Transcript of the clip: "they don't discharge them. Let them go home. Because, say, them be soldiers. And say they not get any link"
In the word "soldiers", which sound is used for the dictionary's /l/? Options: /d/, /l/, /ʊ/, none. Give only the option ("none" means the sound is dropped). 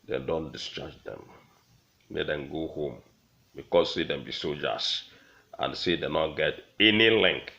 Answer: none